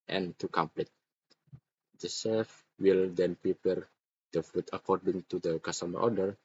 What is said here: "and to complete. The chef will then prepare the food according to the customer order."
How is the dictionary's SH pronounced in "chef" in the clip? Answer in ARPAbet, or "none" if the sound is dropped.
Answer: S